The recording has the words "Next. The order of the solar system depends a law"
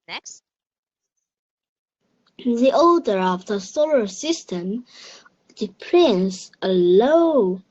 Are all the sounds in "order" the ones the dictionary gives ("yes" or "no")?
no